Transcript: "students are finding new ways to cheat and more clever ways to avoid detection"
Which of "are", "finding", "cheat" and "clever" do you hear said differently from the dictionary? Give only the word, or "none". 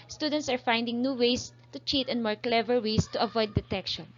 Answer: none